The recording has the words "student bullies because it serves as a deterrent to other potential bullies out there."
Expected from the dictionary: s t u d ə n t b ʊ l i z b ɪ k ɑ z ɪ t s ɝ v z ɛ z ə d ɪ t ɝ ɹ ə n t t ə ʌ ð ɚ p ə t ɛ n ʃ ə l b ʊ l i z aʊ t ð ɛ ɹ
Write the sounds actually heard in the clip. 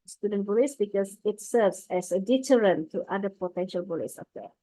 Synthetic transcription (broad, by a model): s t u d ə n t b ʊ l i s b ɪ k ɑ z ɪ t s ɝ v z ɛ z ə d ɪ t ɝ ɹ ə n t t ə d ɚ p ə t ɛ n ʃ ə l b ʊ l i s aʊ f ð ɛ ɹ